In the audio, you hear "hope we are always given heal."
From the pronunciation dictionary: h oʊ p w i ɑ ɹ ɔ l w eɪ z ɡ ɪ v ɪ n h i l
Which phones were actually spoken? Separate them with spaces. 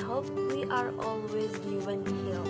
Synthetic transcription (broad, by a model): h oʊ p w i ɑ ɹ ɔ l w eɪ z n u w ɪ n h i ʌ